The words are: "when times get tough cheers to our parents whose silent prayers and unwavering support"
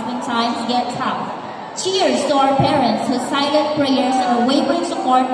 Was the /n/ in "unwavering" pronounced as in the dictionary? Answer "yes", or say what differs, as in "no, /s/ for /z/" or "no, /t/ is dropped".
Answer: no, /n/ is dropped